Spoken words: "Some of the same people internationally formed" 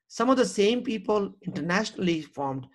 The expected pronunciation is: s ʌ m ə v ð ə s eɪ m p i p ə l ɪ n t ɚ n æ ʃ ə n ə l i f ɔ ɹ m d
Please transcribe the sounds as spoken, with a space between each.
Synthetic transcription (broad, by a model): s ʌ m ə v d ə s eɪ m p i p ə l ɪ n t ɚ n æ ʃ ə n ə l i f ɔ ɹ m d